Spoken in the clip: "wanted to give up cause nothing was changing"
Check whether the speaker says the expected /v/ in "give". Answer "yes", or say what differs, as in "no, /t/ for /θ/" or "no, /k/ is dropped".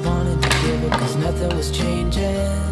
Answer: no, /v/ is dropped